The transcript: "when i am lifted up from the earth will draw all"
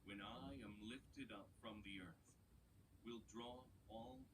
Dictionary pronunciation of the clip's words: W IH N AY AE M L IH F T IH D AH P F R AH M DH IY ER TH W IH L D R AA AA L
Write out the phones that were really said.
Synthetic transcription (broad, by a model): W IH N AY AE M L IH F T IH D AH P F R AH M DH IY ER TH W IH L D R AA AA L